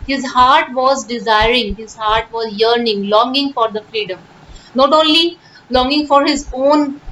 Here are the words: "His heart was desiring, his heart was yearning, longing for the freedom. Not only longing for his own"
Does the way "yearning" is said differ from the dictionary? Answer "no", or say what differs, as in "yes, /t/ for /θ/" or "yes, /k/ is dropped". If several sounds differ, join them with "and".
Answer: no